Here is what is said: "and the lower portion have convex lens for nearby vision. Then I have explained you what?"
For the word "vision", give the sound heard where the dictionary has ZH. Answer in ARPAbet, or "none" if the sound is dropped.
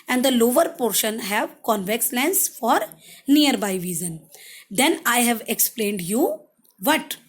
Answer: Z